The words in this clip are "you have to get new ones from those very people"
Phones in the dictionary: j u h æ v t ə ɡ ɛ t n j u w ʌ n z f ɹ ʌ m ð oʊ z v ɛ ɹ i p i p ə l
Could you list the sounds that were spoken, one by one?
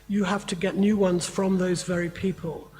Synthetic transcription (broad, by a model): j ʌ h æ f t ə ɡ ɛ t n j u w ʌ n z f ɹ ʌ m ð oʊ z v ɛ ɹ i p i p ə l